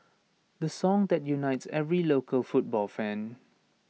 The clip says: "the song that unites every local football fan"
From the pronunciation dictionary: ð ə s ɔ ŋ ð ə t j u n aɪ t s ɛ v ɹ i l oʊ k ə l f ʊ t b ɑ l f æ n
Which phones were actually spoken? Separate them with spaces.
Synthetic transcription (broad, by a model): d ə s ɔ ŋ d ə t j u n aɪ t s ɛ v ɹ i l oʊ k ə l f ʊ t b ɑ l f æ n